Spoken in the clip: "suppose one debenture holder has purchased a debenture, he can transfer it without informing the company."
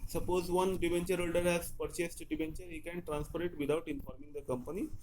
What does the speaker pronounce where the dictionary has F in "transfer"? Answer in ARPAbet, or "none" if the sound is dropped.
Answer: P